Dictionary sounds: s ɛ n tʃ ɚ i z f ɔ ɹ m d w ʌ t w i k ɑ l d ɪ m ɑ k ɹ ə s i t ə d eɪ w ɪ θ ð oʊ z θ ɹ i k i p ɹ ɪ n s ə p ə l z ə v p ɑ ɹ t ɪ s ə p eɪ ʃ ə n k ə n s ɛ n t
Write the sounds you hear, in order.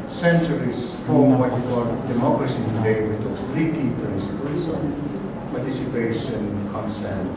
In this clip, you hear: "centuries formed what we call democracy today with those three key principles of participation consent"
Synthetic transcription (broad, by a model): s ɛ n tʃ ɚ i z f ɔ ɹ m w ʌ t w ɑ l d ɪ m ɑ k ɹ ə s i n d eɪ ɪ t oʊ s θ ɹ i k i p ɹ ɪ n s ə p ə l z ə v p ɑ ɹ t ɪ s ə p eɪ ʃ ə n k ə n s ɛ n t